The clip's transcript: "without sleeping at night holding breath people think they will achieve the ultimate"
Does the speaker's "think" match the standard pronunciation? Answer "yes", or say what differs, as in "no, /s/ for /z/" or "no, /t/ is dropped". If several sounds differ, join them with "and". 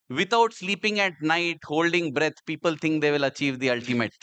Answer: no, /t/ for /θ/